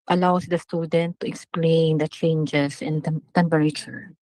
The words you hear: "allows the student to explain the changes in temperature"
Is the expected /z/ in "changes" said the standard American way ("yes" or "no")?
no